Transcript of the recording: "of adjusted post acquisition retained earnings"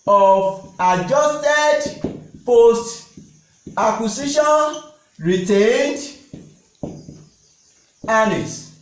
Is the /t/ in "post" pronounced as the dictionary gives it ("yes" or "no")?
yes